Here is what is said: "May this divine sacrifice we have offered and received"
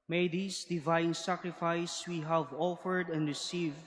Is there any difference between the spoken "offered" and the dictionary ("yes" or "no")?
no